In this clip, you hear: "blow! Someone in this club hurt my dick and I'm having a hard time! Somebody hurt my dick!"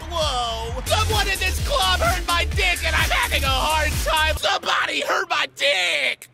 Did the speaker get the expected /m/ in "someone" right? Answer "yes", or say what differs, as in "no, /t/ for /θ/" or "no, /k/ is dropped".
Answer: no, /m/ is dropped